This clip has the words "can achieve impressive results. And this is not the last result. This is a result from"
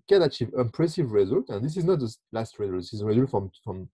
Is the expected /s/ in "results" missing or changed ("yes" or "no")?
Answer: yes